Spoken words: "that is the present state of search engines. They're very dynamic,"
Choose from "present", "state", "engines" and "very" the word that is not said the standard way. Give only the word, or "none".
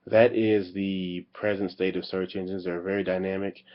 none